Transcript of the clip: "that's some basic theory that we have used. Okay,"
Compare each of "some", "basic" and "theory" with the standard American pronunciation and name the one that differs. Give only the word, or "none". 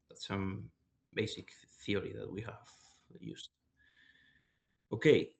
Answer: none